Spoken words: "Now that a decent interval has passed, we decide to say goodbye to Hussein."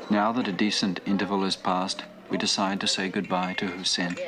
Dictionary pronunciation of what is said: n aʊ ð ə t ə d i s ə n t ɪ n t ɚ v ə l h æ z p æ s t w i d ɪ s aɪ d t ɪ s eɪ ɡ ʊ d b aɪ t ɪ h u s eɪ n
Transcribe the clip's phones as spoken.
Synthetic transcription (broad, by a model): n aʊ ð ə t ə d i s ə n t ɪ n t ɚ v ə l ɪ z p æ s t w i d ɪ s aɪ d t ɪ s eɪ ɡ ʊ d b aɪ t ɪ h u s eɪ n